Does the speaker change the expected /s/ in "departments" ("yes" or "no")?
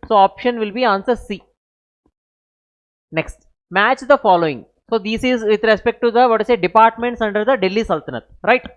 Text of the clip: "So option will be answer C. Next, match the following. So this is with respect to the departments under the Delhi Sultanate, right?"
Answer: no